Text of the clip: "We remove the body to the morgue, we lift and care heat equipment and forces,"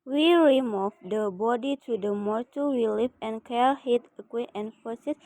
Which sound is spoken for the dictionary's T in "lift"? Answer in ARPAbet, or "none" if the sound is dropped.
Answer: none